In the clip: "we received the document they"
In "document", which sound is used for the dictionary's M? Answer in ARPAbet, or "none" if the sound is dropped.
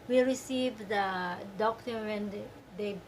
none